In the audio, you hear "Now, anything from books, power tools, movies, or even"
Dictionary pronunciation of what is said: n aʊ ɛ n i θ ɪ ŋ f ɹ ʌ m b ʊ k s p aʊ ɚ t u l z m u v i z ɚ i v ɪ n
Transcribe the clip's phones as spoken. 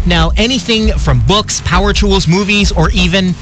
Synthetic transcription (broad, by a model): n aʊ ɛ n i θ ɪ ŋ f ɹ ʌ m b ʊ k s p aʊ ɚ t u l z m u v i z ɚ i v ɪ n